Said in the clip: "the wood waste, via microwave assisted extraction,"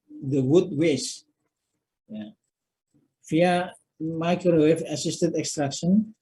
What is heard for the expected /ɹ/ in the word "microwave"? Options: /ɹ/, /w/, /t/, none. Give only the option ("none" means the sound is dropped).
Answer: none